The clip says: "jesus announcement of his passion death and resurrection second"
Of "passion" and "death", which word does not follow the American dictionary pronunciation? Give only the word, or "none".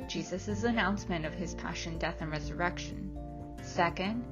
none